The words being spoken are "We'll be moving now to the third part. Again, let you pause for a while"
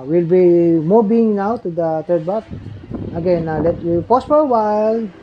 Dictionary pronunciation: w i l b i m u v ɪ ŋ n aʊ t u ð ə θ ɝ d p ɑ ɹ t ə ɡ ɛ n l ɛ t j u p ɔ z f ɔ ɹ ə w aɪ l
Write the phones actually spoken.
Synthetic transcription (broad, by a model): w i l b i m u b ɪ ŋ n aʊ t u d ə t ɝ d b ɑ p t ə ɡ ɛ n l ɛ t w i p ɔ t f ɔ ɹ ə w aɪ l